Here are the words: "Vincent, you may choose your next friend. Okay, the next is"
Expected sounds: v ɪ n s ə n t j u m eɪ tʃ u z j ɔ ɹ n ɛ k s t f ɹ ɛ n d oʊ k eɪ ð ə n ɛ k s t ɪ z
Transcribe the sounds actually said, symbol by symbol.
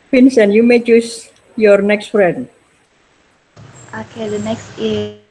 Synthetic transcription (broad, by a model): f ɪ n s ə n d j u m eɪ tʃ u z j ɔ ɹ n ɛ k s t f ɹ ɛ d oʊ k eɪ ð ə n ɛ k s t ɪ